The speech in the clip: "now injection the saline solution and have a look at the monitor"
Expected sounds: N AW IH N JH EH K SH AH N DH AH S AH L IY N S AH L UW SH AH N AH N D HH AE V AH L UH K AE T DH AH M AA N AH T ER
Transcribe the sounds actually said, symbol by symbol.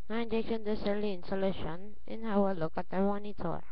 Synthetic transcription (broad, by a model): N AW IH N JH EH K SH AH N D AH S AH L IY N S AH L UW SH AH N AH N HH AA W AH L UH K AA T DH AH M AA N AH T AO